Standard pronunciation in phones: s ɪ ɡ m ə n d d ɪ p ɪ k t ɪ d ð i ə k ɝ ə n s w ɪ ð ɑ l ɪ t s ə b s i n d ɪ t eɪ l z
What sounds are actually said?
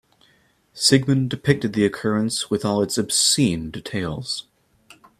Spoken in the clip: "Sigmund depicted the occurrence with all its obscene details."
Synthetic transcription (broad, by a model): s ɪ ɡ m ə n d d ɪ p ɪ k t ɪ d ð i ə k ɝ ə n s w ɪ ð ɑ l ɪ t s ə b s i n d ɪ t eɪ l z